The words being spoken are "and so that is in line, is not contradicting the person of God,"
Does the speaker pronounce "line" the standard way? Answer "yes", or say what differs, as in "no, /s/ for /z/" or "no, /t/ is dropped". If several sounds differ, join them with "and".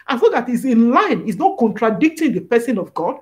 yes